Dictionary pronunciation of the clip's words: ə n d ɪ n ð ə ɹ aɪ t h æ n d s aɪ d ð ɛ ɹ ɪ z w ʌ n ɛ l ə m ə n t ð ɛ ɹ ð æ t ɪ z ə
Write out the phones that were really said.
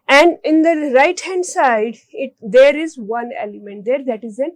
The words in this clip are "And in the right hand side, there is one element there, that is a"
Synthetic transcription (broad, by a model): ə n d ɪ n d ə ɹ aɪ t h æ n d s aɪ d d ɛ ɹ ɪ z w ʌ n ɛ l ə m ə n t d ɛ ɹ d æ t ɪ z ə